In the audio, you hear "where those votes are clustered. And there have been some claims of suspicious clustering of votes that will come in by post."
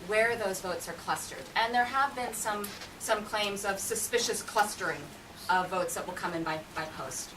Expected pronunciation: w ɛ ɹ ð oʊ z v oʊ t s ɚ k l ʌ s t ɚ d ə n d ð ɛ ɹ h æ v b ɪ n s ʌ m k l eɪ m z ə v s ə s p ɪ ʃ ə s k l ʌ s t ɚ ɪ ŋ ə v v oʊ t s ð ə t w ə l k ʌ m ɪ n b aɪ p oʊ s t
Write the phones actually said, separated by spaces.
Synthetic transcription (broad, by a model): w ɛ ɹ ð oʊ z v oʊ t s ɚ k l ʌ s t ɚ d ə n ð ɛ ɹ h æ v b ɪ n s ʌ m k l eɪ m z ə v s ə s p ɪ ʃ ə s k l ʌ s t ɚ ɪ ŋ ə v v oʊ t s ð ə t w ə l k ʌ m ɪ n b aɪ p oʊ s t